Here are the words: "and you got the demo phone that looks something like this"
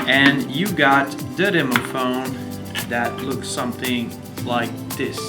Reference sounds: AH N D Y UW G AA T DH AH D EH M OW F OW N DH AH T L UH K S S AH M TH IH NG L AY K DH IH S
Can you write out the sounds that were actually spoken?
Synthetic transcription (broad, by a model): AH N Y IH G AA T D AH D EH M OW F OW N DH AH T L UH K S S AH M TH IH NG L AY K DH IH S